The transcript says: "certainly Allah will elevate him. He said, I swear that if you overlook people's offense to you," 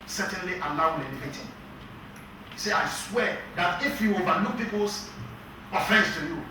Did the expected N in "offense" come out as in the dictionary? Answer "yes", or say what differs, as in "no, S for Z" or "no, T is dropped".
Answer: no, N is dropped